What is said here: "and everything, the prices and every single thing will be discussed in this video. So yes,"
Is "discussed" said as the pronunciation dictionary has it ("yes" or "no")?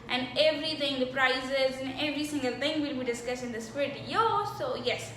no